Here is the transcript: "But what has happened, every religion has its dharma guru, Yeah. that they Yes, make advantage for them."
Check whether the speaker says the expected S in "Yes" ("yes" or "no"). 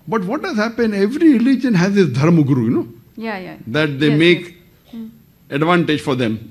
no